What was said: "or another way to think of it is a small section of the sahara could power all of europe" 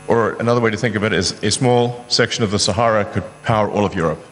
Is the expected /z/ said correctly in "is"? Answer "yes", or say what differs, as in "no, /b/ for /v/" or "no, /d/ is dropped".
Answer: yes